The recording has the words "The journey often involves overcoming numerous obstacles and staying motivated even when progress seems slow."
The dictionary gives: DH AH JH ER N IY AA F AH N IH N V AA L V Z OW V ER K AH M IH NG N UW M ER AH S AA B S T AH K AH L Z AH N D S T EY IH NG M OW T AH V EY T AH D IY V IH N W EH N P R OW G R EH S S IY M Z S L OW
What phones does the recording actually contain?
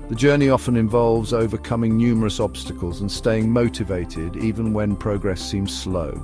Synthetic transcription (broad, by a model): DH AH JH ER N IY AA F AH N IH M V AA L V Z OW V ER K AH M IH NG N UW M ER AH S AA B S T AH K AH L Z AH N S T EY IH NG M OW T AH V EY T AH D IY V IH N W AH N P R OW G R EH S S IY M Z S L OW